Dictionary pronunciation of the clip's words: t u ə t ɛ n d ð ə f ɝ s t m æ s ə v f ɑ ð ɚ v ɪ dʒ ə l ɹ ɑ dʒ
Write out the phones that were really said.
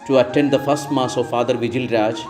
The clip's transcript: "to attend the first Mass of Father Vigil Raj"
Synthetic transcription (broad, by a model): t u ə t ɛ n d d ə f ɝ s t m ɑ s ə v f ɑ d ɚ v ɪ dʒ ə l ɹ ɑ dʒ